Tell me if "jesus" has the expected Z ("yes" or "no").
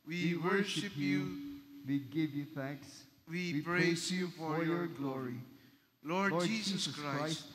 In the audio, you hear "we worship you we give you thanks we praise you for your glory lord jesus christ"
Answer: no